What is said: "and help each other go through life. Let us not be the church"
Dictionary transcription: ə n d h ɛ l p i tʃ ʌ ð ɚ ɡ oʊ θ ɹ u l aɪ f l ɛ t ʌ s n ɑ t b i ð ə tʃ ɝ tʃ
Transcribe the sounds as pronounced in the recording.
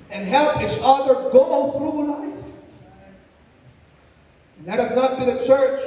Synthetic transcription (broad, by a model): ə n h ɛ l p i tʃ ʌ ð ɚ ɡ oʊ θ ɹ u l aɪ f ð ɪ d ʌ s n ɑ t b i ð ə tʃ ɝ tʃ